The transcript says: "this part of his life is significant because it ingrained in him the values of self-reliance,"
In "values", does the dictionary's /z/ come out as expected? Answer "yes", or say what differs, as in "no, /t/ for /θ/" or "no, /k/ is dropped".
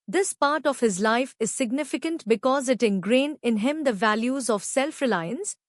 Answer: yes